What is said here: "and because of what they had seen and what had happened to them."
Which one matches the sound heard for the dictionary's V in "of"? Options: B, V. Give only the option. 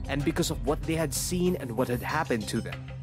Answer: V